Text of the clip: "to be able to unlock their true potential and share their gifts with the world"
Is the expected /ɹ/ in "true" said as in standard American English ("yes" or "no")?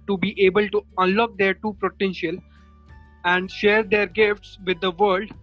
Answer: no